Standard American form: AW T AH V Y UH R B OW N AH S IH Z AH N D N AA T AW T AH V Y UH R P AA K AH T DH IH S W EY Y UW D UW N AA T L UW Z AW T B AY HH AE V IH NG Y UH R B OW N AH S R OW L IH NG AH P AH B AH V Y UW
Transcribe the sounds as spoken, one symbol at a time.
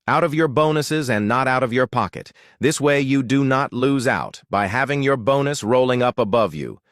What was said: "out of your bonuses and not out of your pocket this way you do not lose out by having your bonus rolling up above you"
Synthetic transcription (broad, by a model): AW T AH V Y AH R B OW N AH S IH Z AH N N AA T AW T AH V Y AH R P AA K AH T DH IH S W EY Y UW D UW N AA T L UW Z AW T B AY HH AE V IH NG Y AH R B OW N AH S R OW L IH NG AH P AH B AH V Y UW